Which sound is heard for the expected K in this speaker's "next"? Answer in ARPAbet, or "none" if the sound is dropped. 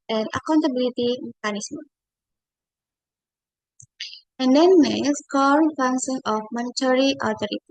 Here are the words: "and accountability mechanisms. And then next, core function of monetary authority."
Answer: none